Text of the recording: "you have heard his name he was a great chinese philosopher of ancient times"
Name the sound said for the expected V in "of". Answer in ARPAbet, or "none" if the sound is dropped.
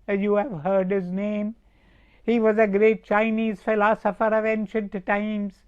V